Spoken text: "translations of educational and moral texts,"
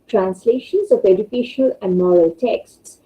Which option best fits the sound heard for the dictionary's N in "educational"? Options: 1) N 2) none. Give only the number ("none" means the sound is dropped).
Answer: 2